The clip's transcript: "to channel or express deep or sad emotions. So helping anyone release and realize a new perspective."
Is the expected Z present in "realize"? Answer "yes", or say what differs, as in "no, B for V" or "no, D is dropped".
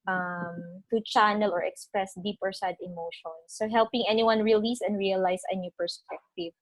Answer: no, S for Z